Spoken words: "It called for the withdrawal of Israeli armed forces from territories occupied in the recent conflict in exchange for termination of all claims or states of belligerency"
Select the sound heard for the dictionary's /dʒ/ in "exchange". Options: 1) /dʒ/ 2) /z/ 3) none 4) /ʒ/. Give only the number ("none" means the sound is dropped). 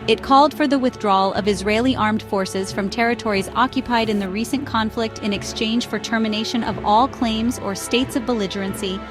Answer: 4